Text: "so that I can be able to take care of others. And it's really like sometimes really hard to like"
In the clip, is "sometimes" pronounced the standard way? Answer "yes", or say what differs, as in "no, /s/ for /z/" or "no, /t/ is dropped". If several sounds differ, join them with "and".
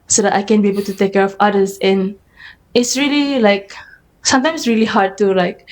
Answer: no, /s/ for /z/